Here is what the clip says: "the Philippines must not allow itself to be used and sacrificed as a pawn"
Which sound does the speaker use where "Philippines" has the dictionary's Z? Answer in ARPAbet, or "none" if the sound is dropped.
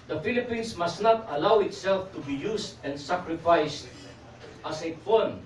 S